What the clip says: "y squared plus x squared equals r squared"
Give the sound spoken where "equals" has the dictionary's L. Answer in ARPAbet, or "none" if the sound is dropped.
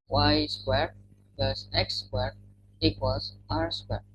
none